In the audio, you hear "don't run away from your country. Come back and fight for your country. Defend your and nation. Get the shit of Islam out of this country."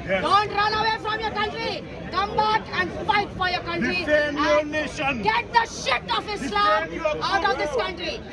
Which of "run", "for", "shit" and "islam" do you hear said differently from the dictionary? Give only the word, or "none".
islam